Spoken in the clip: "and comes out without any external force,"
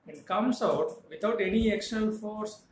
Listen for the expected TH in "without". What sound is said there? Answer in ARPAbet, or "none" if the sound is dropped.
T